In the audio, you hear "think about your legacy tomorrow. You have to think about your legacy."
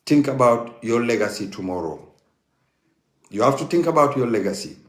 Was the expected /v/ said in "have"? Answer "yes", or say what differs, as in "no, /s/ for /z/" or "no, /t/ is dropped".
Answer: no, /f/ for /v/